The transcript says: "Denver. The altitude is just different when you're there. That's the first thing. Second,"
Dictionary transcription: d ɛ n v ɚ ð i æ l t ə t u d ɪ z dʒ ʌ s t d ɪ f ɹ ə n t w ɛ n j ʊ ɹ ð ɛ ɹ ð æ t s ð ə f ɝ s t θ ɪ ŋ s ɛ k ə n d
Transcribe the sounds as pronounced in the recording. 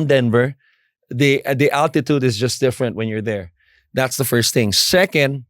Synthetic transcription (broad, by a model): d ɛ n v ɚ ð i æ l t ə t u d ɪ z dʒ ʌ s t d ɪ f ɹ ə n t w ɛ n j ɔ ɹ ð ɛ ɹ ð æ t s ð ə f ɝ s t θ ɪ ŋ s ɛ k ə n d